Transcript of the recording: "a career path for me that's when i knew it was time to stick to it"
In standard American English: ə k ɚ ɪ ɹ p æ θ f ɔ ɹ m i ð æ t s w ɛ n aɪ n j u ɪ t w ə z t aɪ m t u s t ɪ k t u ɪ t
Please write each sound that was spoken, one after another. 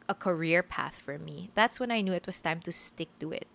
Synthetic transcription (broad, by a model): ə k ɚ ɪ ɹ p æ θ f ɔ ɹ m i ð æ t s w ɛ n aɪ n j u ɪ t w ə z t aɪ m t u s t ɪ k t u ɪ t